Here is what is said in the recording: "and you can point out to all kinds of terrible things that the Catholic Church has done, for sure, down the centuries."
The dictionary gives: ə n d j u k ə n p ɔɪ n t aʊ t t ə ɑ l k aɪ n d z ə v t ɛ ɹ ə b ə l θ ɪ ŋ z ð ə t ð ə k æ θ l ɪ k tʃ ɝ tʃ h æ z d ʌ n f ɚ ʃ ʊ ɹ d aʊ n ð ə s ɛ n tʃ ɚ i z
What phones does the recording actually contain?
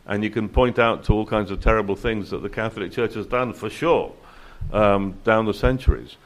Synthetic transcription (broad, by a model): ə n j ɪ k ə n p ɔɪ n t aʊ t t ə ɑ l k aɪ n d z ə v t ɛ ɹ ə b ə l θ ɪ ŋ z ð ə t ð ə k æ θ l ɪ k tʃ ɝ tʃ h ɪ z d ʌ n f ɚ ʃ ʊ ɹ d aʊ n ð ə s ɛ n tʃ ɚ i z